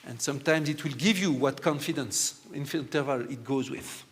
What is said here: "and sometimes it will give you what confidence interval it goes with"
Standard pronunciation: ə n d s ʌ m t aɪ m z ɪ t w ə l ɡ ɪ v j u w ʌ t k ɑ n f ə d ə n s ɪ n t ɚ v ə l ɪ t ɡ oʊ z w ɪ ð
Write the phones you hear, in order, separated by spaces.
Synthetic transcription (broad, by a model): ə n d s ʌ m t aɪ m z ɪ t w ə l ɡ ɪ v j u w ʌ t k ɑ n f ə d ə n s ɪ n t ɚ v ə l ɪ t ɡ oʊ z w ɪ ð